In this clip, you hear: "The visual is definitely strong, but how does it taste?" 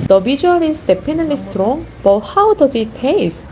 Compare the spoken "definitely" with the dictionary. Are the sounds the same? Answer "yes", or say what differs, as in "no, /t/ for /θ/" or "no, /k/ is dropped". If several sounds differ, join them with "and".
no, /p/ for /f/